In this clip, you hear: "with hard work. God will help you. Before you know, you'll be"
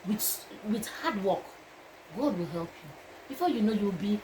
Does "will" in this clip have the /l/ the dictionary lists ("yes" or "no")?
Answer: yes